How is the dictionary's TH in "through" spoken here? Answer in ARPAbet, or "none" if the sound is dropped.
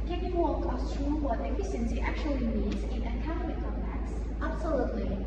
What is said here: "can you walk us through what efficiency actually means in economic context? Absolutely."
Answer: T